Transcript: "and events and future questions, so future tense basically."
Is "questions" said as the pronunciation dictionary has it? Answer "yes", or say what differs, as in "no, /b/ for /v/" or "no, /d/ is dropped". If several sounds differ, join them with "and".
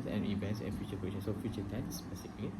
no, /s/ is dropped